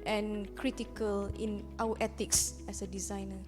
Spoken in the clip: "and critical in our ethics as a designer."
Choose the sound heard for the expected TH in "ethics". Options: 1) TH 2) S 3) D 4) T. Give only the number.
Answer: 4